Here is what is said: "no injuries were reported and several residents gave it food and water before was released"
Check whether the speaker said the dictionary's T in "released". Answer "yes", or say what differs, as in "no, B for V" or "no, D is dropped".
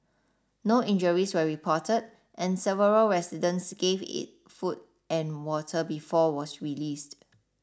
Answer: yes